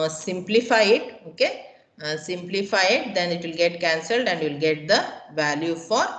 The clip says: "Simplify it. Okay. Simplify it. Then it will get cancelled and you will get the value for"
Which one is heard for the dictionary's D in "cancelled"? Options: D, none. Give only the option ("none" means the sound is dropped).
D